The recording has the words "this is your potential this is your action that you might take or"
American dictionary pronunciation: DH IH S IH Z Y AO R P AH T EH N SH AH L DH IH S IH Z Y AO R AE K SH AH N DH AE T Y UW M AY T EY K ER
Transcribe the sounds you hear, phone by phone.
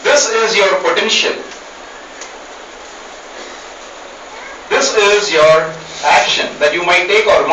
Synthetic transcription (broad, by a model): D IH S IH Z Y AO R P AH T EH N SH AH L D IH S IH Z Y AO R AE K SH AH N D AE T Y UW M AY T EY K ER